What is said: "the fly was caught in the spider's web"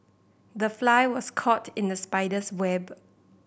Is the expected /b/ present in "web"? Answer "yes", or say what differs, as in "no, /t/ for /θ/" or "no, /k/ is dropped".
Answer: yes